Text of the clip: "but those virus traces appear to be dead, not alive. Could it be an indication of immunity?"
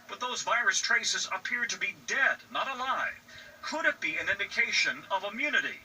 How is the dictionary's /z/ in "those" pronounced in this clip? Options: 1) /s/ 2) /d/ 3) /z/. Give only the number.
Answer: 3